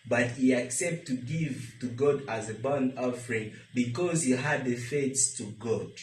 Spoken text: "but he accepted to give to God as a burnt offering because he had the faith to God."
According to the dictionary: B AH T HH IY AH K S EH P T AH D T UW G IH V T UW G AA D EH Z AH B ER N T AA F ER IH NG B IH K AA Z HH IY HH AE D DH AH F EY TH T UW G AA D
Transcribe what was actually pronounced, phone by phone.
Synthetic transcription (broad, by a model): B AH T HH IY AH K S EH P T T UW G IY V T UW G AA D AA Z AH B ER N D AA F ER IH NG B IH K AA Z HH IY HH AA D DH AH F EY S T UW G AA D